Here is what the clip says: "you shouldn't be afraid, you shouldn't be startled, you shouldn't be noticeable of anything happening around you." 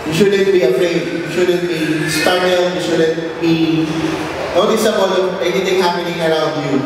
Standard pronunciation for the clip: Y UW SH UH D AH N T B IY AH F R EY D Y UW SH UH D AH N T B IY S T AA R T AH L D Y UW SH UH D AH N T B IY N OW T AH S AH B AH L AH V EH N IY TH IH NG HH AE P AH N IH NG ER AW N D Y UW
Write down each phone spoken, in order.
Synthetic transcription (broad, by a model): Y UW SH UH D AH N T B IY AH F R EY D Y UW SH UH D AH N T B IY S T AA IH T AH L Y UW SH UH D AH N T B IY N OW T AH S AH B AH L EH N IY T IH NG HH AE P AH N IH NG ER AW N D Y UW